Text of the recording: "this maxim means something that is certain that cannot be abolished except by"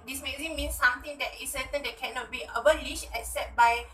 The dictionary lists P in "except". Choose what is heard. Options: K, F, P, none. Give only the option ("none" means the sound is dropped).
none